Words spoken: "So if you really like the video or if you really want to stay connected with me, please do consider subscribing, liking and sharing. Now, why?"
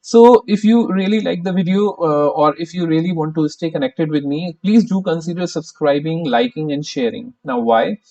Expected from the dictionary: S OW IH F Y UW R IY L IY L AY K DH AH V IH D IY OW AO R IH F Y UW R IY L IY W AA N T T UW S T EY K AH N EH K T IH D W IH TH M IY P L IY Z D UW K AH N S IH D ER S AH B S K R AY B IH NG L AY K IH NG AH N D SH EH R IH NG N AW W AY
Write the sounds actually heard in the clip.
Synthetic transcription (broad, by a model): S OW IH F Y UW R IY L IY L AY K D AH V IH D IY OW AO R IH F Y UW R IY L IY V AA N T T UW S T EY K AH N EH K T IH D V IH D M IY P L IY Z D UW K AH N S IH D ER S AH B S K R AY B IH NG L AY K IH NG AH N D SH EH R IH NG N AW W AY